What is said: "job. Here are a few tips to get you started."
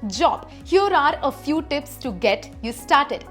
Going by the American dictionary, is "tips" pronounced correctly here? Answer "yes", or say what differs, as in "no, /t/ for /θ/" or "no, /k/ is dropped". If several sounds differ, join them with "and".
yes